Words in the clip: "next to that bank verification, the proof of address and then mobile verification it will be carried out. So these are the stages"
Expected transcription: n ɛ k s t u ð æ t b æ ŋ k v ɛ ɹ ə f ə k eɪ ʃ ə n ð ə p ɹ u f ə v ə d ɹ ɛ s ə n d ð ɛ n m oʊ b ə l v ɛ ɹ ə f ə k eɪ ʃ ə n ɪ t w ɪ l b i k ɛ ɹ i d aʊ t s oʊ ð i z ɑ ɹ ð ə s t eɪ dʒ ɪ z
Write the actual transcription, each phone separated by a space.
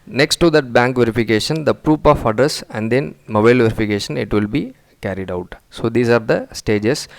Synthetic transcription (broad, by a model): n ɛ k s t u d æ t b æ ŋ k v ɛ ɹ ə f ə k eɪ ʃ ə n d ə p ɹ u p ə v ə d ɹ ɛ s ə n d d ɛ n m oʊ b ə l v ɛ ɹ ə f ə k eɪ ʃ ə n ɪ t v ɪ l b i k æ ɹ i d aʊ t s oʊ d i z ɑ ɹ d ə s t eɪ dʒ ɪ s